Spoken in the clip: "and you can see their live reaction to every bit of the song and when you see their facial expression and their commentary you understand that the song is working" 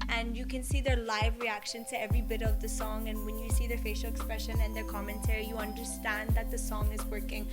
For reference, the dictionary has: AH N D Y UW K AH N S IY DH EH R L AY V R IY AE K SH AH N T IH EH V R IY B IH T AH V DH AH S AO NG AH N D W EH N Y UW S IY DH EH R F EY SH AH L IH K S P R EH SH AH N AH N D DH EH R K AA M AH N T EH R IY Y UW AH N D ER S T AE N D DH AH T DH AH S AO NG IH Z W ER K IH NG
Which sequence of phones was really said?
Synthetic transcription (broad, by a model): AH N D Y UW K AH N S IY DH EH R L AY V R IY AE K SH AH N T IH EH V R IY B IH T AH V DH AH S AO NG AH N W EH N Y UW S IY DH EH R F EY SH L IH K S P R EH SH AH N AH N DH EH R K AA M AH N T EH R IY Y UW AH N D ER S T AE N DH AH T DH AH S AO NG IH Z W ER K IH NG